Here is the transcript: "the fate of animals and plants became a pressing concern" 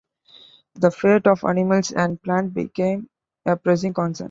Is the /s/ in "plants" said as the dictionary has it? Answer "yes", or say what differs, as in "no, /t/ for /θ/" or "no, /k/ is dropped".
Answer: no, /s/ is dropped